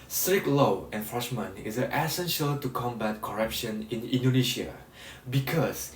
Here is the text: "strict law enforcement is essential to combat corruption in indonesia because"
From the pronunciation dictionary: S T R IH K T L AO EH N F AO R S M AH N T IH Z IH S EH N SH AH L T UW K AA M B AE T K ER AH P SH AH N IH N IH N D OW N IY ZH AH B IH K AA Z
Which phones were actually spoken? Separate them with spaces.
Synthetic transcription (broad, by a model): S T R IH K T L AO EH N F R SH M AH N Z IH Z IH S EH N SH AH L T UW K AA M B AE T K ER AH P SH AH N IH N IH N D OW N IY SH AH B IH K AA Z